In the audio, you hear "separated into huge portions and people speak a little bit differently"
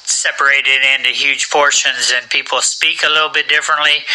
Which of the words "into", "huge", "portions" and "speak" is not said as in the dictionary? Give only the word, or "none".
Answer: huge